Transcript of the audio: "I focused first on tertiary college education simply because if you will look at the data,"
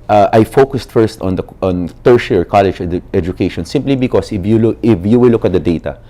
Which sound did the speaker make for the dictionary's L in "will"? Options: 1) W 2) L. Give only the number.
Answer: 1